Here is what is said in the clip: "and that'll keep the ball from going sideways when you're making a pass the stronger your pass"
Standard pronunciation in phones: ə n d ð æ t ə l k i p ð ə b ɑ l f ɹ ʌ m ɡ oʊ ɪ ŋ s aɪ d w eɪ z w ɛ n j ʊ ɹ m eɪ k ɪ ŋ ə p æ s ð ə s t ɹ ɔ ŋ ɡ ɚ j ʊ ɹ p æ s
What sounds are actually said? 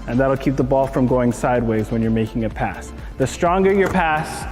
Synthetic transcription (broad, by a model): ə n ð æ t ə l k i p ð ə b ɑ l f ɹ ʌ m ɡ oʊ ɪ ŋ s aɪ d w eɪ z w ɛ n j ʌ ɹ m eɪ k ɪ ŋ ə p æ s ð ə s t ɹ ɔ ŋ ɡ ɚ j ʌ ɹ p æ s